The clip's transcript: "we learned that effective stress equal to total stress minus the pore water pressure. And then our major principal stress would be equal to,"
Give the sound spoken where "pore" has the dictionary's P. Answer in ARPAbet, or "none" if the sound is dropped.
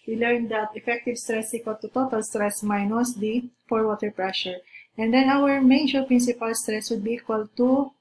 F